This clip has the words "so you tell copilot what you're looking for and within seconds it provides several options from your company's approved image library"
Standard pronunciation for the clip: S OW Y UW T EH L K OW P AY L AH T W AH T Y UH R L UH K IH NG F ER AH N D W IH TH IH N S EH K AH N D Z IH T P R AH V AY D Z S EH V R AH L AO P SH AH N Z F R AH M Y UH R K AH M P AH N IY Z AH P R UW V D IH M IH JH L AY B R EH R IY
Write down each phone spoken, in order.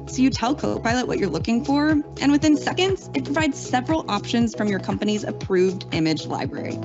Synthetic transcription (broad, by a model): S OW Y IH T EH L K OW P AY L AH T W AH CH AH R L UH K IH NG F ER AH N W IH TH IH N S EH K AH N D Z IH T P R AH V AY D Z S EH V R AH L AO P SH AH N Z F R AH M Y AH R K AH M P AH N IY Z AH P R UW V D IH M IH JH L AY B R EH R IY